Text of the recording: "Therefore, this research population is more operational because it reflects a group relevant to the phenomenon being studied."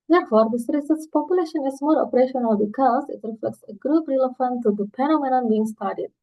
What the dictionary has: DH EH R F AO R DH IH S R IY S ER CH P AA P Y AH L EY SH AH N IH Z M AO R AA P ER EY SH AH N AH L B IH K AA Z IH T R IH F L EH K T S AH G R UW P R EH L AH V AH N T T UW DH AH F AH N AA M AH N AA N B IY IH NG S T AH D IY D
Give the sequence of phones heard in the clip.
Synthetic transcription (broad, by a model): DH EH R F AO R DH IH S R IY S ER S P AA P Y AH L EY SH AH N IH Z M AO R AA P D EY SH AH N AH L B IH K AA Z IH T R IH F L EH K T S AH G R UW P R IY L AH F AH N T T UW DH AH P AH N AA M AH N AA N B IY IH NG S T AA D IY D